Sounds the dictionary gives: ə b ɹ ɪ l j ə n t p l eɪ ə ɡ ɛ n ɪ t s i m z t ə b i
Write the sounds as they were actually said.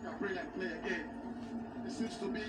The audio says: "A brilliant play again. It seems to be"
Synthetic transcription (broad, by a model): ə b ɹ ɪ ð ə t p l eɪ ə ɡ ɛ n ɪ t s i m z t ə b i